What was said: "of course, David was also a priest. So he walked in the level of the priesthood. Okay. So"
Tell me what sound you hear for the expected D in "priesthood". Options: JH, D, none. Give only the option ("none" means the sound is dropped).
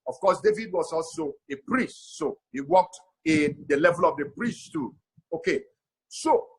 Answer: none